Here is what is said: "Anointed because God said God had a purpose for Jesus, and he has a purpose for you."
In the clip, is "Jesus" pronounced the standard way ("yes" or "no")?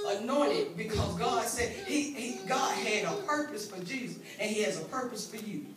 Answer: yes